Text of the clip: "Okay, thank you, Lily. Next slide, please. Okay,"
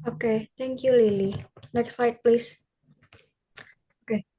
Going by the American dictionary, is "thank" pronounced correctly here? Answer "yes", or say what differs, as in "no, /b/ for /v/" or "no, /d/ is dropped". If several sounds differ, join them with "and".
no, /t/ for /θ/